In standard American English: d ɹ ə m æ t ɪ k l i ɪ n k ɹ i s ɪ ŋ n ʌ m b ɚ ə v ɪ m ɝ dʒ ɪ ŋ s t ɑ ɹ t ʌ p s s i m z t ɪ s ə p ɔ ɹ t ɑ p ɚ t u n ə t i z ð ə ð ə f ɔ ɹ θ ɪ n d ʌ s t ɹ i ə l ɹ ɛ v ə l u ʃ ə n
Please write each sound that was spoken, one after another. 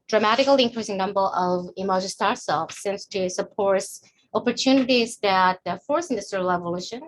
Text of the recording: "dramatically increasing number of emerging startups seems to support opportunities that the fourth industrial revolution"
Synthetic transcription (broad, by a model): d ɹ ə m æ t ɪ k l i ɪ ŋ k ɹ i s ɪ ŋ n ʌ m b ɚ ə v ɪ m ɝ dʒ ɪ s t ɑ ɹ s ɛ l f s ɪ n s t ɪ s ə p ɔ ɹ t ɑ p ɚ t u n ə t i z ð ə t f ɔ ɹ s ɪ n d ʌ s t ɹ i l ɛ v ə l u ʃ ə n